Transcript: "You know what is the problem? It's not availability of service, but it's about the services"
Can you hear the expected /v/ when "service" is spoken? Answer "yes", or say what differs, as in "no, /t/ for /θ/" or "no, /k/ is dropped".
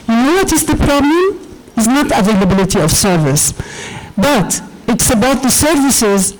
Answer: yes